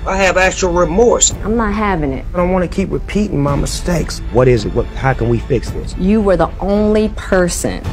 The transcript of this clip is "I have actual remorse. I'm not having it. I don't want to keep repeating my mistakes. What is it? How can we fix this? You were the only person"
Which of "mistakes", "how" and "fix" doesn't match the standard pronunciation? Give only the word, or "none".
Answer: none